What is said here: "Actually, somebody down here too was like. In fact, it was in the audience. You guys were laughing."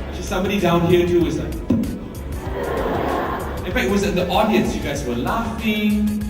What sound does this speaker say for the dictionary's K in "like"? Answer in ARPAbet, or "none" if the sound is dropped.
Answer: none